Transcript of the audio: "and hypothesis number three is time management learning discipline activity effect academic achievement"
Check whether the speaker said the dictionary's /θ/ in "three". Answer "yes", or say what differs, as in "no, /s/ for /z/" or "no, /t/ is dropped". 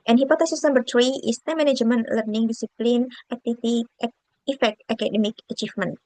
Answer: no, /t/ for /θ/